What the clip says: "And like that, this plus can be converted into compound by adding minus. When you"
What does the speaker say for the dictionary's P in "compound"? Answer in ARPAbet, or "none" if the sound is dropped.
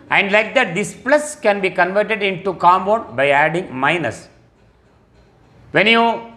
B